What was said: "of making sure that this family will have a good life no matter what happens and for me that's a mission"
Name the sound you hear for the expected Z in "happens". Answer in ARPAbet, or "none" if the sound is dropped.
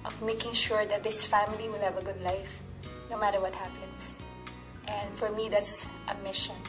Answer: S